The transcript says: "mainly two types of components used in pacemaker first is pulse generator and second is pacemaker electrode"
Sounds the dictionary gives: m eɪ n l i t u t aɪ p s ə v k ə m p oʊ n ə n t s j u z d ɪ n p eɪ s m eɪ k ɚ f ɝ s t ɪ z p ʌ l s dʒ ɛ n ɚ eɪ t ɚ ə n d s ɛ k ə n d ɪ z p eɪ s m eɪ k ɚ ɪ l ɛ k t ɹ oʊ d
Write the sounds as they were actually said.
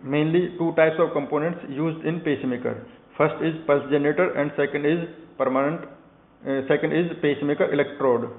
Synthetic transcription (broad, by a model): m eɪ n l i t u t aɪ p s ə v k ə m p oʊ n ə n t s j u z d ɪ n p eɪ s m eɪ k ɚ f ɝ s t ɪ z p ʌ l s dʒ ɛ n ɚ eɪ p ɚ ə n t s ɛ k ə n d ɪ z p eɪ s m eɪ k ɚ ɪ l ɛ k t ɹ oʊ d